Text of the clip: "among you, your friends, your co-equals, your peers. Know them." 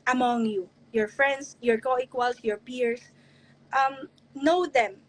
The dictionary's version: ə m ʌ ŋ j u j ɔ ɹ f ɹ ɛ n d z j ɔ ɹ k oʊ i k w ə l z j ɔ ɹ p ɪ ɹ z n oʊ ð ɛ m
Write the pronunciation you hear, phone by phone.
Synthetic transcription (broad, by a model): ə m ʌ ŋ j u j ɔ ɹ f ɹ ɛ n d s j ɔ ɹ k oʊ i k w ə l s j ɔ ɹ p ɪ ɹ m n oʊ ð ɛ m